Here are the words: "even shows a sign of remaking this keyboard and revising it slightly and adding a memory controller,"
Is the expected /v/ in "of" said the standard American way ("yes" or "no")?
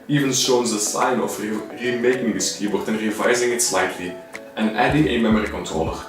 no